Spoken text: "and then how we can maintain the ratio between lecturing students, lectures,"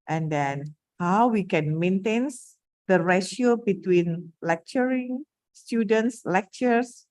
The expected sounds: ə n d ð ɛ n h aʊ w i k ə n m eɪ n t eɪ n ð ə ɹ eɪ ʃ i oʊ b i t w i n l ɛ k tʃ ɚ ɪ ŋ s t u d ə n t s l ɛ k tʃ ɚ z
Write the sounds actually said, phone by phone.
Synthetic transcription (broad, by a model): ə n d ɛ n h aʊ w i k ə n m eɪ n t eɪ n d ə ɹ eɪ ʃ i oʊ b i t w i n l ɛ k tʃ ɚ ɪ ŋ s t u d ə n t s l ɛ k tʃ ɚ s